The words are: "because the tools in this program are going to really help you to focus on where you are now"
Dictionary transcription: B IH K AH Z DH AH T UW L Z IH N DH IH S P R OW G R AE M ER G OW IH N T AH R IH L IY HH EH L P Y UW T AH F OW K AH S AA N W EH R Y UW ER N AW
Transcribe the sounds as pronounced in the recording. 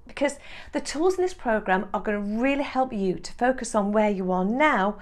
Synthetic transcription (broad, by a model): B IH K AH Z DH AH T UW L Z IH N DH IH S P R OW G R AE M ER G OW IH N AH R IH L IY HH EH L P Y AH T AH F OW K AH S N W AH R Y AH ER N AW